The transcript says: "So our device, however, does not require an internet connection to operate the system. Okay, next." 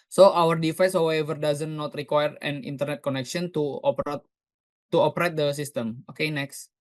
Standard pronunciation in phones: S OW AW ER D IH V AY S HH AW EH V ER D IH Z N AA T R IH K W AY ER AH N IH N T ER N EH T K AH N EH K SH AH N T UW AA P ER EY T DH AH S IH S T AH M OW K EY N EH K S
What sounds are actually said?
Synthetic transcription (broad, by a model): S OW AW ER D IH F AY S HH AW EH V ER D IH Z N AA T R IH K W AY ER AH N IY N T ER N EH T K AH N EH K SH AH N T UW AA P ER EY T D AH S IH S T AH M OW K EY N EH K S